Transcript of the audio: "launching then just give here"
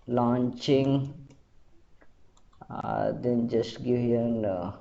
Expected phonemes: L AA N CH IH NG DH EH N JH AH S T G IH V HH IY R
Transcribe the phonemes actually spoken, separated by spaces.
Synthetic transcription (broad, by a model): L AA N CH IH NG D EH N JH AH S T G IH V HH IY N